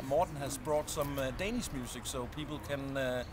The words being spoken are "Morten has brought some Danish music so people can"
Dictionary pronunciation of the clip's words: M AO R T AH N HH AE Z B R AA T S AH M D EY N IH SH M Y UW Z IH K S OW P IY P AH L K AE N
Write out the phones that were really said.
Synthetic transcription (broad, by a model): M AO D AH N HH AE S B R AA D S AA M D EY N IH S M Y UW S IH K S OW P IY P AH L K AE N